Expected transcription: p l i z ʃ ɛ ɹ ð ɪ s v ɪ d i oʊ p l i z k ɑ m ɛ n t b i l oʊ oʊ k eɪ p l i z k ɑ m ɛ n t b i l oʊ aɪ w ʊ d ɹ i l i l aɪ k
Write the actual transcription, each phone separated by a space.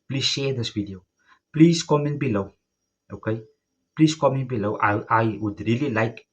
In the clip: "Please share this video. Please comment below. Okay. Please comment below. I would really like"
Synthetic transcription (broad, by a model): p l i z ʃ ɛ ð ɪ s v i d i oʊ p l i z k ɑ m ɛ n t b i l oʊ oʊ k eɪ p l i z k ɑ m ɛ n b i l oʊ aɪ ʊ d ɹ i l i l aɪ k